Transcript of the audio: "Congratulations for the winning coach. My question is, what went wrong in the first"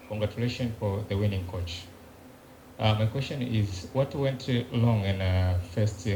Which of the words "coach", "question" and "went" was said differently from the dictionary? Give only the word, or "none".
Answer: none